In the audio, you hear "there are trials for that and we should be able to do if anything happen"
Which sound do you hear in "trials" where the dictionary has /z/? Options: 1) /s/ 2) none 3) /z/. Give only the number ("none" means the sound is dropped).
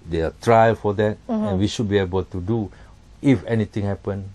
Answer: 2